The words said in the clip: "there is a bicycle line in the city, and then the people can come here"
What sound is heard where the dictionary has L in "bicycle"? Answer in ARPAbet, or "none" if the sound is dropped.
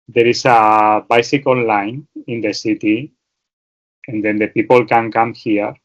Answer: N